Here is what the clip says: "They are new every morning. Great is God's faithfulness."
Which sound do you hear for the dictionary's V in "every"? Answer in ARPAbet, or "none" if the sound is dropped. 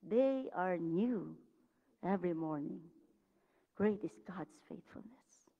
V